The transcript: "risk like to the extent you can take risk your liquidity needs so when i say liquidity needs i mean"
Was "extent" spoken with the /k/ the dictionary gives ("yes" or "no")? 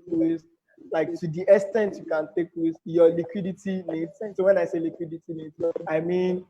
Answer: no